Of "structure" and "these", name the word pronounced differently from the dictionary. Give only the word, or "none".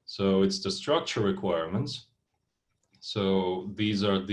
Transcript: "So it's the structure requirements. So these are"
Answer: none